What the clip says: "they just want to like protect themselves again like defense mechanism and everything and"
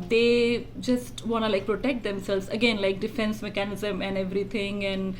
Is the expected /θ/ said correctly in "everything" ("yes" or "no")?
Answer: no